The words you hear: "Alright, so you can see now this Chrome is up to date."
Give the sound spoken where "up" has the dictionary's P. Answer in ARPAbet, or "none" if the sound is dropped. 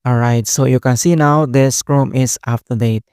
F